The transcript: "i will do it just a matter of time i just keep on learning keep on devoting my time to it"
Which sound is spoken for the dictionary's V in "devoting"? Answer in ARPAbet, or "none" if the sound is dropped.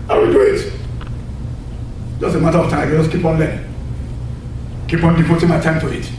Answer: F